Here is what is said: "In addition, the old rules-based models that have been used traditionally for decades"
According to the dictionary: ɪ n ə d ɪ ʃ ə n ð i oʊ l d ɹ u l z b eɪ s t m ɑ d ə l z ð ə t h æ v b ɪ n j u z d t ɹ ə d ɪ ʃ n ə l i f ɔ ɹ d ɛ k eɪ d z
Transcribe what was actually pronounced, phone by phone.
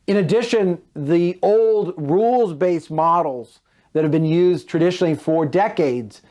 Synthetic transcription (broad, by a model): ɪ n ə d ɪ ʃ ə n ð i oʊ l d ɹ u l z b eɪ s m ɑ d l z ð ə t h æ v b ɪ n j u z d t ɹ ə d ɪ ʃ n l i f ɔ ɹ d ɛ k eɪ d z